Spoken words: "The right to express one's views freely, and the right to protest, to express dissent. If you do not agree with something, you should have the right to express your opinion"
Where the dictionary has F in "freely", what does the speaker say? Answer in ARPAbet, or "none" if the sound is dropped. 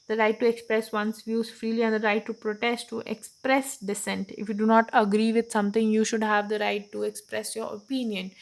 F